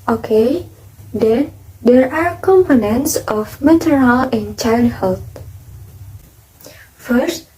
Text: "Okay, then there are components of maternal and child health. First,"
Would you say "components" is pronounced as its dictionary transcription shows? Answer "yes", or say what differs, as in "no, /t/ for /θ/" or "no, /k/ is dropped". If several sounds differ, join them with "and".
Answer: yes